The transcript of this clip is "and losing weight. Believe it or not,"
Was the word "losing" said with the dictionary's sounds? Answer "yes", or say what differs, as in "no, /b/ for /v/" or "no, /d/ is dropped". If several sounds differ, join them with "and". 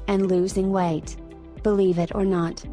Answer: yes